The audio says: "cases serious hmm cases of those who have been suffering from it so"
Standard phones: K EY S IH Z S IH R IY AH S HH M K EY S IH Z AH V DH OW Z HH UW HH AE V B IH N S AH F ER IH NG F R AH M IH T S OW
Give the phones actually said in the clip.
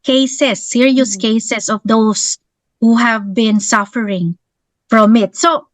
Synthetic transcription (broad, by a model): K EY S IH S IH R IY AH S K EY S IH S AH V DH OW S HH UW HH AE V B IH N S AH F ER IH NG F R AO M IH T S OW